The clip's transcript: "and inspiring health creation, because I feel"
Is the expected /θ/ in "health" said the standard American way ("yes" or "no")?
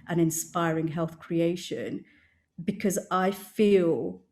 yes